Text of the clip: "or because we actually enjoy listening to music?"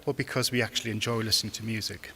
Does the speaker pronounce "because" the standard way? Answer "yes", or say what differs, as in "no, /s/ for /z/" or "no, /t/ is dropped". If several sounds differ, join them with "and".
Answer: yes